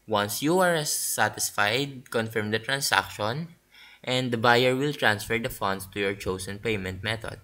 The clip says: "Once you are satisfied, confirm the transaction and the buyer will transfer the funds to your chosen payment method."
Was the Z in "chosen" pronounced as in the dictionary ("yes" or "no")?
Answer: no